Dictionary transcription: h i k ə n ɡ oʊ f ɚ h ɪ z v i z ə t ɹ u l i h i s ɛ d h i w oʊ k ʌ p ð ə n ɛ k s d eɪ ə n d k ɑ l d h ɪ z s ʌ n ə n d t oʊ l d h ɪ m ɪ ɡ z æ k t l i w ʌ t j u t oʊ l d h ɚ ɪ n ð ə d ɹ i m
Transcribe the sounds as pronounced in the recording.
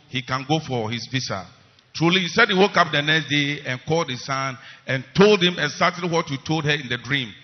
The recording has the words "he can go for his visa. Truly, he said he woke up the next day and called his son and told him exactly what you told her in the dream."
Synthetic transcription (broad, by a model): h i k ə n ɡ oʊ f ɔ h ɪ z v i s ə t ɹ u l i h i s ɛ d h i w oʊ k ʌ p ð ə n ɛ k s d eɪ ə n k ɑ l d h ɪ s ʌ n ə n t oʊ l d h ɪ m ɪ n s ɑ t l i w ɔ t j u t oʊ l d h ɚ ɪ n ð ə d ɹ i m